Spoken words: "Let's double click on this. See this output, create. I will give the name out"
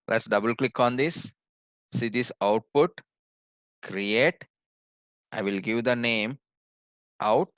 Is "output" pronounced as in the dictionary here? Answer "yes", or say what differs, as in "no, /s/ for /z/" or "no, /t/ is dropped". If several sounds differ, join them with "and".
yes